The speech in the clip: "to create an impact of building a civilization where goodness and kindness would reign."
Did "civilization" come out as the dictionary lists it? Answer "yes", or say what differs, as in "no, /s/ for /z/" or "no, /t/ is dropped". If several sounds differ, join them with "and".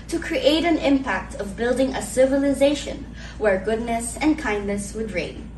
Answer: yes